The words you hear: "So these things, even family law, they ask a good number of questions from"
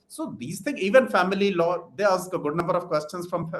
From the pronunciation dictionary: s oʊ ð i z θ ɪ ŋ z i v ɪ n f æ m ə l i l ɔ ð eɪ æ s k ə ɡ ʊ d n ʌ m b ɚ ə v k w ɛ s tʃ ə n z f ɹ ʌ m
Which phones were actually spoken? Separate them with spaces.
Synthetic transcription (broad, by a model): s oʊ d i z t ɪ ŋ i v ɪ n f æ m ə l i l ɔ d eɪ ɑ s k ə ɡ ʊ d n ʌ m b ɚ ə v k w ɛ s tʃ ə n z f ɹ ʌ m